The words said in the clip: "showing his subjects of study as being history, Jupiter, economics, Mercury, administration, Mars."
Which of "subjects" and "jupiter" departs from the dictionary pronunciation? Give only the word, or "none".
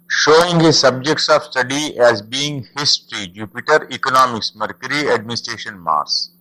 none